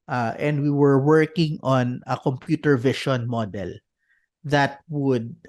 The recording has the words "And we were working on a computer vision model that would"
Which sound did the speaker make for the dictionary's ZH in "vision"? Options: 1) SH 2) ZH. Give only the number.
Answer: 1